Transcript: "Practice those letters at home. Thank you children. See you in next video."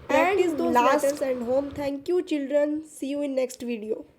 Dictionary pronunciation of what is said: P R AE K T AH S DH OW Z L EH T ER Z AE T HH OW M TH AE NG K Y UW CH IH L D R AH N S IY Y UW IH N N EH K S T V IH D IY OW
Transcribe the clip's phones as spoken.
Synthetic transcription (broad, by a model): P R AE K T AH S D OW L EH S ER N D HH OW M T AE NG K Y UW CH IH L D R AH N S IY Y UW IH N N EH K S T V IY D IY OW